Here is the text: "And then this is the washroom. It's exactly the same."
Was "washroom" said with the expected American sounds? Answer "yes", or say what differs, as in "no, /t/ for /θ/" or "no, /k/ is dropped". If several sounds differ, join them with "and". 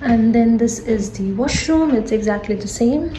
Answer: yes